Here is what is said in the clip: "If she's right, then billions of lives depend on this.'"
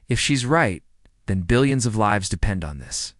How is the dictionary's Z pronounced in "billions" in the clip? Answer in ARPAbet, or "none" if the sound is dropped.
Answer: Z